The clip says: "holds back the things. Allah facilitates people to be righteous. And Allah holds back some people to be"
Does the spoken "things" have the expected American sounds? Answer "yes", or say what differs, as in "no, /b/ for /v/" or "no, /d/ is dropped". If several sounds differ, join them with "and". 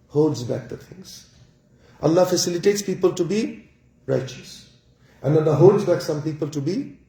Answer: no, /t/ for /θ/